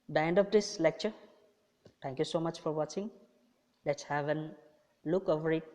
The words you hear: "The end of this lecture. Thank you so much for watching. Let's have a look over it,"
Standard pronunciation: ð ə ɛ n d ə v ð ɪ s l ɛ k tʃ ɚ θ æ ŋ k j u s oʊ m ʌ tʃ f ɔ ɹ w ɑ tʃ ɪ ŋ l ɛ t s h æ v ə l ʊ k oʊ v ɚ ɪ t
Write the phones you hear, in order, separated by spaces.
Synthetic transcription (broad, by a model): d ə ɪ n d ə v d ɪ s l ɛ k tʃ ɚ t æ ŋ k j u s oʊ m ʌ tʃ f ɔ ɹ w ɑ tʃ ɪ ŋ l ɛ t s h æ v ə l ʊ k oʊ v ɚ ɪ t